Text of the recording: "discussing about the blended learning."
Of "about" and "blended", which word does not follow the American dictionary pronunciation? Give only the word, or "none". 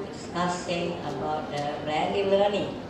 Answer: blended